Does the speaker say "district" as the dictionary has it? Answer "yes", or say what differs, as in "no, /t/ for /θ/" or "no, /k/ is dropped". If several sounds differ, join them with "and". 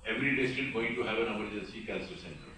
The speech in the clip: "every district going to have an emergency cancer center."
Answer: no, /k/ is dropped